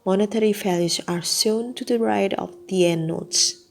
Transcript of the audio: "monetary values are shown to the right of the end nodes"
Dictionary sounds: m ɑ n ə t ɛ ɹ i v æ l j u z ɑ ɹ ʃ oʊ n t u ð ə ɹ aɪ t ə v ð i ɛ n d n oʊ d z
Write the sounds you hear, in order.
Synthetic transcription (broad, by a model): m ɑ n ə t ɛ ɹ i f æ l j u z ɑ ɹ s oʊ n t u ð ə ɹ aɪ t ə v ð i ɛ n n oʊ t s